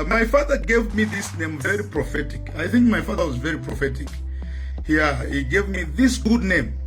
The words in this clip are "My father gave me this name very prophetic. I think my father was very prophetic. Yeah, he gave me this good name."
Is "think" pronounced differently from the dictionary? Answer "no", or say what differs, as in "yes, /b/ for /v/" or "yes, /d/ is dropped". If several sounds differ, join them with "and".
no